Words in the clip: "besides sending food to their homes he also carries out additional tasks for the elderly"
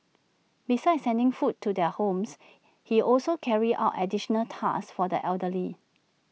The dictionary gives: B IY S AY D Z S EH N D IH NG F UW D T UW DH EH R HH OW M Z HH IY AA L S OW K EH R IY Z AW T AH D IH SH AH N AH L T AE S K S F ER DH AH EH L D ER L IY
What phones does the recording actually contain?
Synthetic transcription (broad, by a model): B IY S AY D S EH N D IH NG F UW T UW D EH HH OW M S HH IY AA L S OW K EH R IY AW T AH D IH SH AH N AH L T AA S S F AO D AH EH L D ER L IY